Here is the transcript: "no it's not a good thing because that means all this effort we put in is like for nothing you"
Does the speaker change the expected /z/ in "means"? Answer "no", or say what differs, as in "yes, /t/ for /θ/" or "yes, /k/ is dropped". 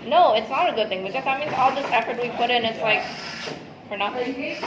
yes, /z/ is dropped